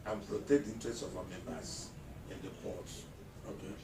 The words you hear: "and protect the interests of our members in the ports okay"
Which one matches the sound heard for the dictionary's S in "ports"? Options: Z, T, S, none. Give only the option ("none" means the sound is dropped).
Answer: none